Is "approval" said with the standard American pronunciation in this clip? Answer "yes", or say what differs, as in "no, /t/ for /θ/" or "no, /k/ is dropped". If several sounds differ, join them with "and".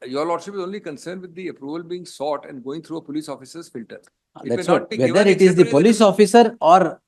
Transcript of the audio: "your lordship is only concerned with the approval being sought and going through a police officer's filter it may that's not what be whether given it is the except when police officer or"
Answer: yes